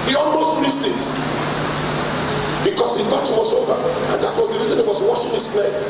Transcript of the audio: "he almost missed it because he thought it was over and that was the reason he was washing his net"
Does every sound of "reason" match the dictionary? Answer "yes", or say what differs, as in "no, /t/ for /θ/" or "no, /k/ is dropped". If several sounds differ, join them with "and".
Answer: yes